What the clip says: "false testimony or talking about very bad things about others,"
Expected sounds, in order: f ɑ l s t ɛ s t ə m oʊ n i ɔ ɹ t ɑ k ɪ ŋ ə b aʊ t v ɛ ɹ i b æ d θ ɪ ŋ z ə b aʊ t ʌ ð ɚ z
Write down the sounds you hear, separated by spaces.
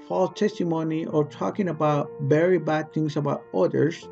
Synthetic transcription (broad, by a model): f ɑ l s t ɛ s t ə m oʊ n i ɔ ɹ t ɑ k ɪ ŋ ə b aʊ t b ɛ ɹ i b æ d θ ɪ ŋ s ə b aʊ t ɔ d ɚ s